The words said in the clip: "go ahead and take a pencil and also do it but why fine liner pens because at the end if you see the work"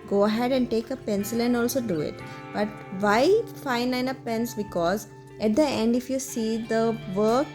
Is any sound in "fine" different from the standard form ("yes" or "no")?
no